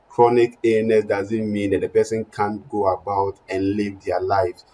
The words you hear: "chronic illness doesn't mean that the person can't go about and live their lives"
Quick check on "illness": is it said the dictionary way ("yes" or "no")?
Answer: no